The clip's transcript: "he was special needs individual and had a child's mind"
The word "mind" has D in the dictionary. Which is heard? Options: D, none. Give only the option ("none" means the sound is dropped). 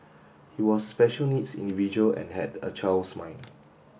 none